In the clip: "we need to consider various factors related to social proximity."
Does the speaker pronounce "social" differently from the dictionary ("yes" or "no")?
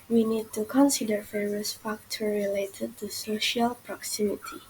no